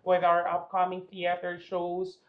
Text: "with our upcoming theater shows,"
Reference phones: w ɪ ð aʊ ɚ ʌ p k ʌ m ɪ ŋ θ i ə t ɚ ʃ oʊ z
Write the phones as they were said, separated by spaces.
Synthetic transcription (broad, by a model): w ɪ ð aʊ ɚ ʌ p k ʌ m ɪ ŋ θ i ə t ɚ ʃ oʊ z